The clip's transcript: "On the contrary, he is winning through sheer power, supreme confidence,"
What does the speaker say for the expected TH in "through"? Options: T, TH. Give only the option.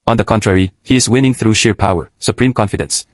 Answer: TH